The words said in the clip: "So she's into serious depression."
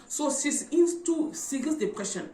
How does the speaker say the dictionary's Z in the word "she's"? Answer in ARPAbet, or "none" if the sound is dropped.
S